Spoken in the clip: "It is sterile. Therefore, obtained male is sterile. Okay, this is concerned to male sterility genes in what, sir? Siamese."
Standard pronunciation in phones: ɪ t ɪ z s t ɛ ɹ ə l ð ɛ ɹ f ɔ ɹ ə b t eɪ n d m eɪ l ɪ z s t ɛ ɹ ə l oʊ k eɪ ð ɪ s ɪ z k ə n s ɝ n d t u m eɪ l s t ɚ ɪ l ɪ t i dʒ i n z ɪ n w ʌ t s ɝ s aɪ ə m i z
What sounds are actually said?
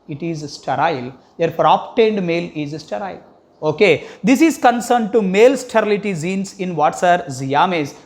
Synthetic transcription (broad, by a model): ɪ t ɪ z s t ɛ ɹ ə l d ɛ ɹ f ɹ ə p t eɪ n d m eɪ l ɪ z s t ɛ ɹ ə l oʊ k eɪ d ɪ s ɪ z k ə n s ɝ n d t u m eɪ l s t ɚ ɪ l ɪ t i z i n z ɪ n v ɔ t s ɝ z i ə m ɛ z